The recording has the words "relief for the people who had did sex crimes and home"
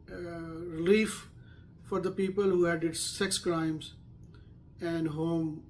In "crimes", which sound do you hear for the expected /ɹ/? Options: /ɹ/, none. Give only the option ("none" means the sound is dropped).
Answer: /ɹ/